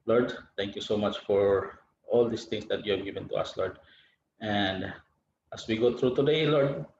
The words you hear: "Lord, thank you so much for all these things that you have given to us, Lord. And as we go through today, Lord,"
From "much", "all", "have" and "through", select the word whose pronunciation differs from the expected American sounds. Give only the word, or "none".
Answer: through